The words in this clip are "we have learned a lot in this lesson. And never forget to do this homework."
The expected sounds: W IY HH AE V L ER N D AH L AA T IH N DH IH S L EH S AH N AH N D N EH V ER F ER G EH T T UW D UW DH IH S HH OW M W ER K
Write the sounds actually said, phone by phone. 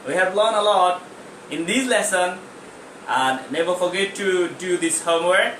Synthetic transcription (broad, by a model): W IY HH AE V L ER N AH L AA T IH N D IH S L EH S AH N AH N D N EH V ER F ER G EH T T UW D UW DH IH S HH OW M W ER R